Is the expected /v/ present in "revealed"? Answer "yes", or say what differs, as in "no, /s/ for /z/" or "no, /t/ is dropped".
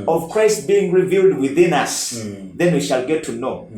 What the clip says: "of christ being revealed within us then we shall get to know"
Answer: yes